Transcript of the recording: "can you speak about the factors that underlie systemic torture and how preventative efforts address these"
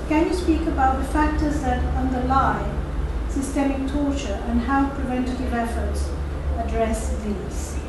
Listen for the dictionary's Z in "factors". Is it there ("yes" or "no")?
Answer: yes